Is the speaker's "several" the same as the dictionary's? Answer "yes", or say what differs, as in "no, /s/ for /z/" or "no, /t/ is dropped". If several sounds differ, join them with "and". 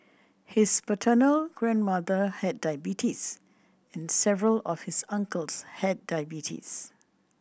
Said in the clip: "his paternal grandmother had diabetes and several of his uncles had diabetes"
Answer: yes